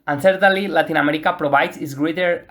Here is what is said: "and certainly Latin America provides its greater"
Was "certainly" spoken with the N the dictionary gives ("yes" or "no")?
no